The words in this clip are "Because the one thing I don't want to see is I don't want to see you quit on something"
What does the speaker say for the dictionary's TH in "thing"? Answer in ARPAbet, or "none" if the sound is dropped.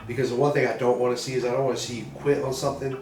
TH